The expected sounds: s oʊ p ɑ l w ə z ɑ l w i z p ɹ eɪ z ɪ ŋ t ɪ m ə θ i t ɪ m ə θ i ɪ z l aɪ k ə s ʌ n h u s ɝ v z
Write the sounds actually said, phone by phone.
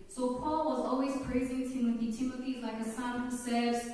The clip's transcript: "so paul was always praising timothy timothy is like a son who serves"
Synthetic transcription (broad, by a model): s oʊ p ɑ l w ə z ɑ l w i z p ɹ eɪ z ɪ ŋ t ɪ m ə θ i t ɪ m ə θ i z l aɪ k ə s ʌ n h u s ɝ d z